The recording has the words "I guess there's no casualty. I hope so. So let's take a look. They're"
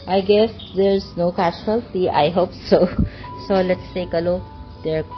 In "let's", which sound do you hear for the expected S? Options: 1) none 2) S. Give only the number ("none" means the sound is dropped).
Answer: 2